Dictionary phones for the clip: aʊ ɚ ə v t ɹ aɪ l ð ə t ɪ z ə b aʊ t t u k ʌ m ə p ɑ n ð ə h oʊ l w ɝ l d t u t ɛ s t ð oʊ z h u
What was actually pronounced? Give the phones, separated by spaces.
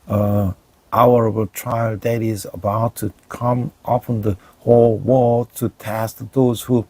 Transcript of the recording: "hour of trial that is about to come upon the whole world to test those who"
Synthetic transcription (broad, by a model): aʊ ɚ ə b t ɹ aɪ l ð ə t ɪ z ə b aʊ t t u k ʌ m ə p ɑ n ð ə h oʊ l w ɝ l t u t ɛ s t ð oʊ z h u